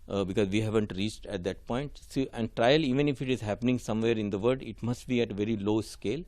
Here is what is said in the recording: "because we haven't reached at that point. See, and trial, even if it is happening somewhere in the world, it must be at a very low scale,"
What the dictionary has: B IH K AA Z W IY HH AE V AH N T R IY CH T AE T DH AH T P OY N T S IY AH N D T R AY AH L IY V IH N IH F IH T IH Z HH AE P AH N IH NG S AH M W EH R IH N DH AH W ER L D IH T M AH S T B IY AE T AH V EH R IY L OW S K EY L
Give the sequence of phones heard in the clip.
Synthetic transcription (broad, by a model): B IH K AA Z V IY HH AE V AH N T R IY CH T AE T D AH T P OY N T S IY AH N D T R AY AH L IY V IH N IH F IH T IH Z HH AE P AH N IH NG S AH M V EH R IH N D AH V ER D IH T M AH S T B IY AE T AH V EH R IY L OW S K EY L